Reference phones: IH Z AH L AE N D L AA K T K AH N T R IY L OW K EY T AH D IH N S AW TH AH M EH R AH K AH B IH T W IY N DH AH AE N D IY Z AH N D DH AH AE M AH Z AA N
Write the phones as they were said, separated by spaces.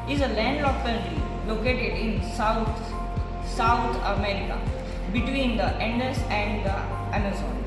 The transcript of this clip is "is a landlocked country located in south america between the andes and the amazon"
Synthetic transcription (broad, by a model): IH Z AH L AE N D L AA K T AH T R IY L OW K EY T AH D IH N S AW T AH M EH R AH K AH B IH T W IY N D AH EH N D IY S AH N D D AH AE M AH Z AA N